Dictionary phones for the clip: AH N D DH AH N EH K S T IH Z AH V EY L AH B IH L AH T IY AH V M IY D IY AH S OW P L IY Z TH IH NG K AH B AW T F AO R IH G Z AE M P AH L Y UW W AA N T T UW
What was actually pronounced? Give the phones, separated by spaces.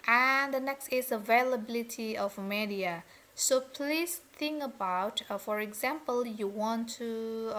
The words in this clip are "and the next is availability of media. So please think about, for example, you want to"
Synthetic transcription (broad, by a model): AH N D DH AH N EH K S T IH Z AH V EY L AH B IH L AH T IY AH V M IY D IY AH S OW P L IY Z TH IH NG K AH B AW T F AO R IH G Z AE M P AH L Y UW W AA N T T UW